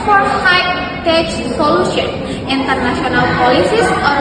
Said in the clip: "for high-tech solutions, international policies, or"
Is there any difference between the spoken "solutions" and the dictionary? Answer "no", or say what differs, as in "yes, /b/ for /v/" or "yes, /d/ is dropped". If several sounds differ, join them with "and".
yes, /z/ is dropped